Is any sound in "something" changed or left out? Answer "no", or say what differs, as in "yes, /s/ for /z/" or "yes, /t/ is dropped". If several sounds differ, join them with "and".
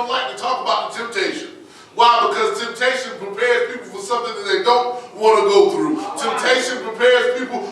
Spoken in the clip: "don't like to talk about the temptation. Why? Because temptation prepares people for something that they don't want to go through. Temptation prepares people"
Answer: no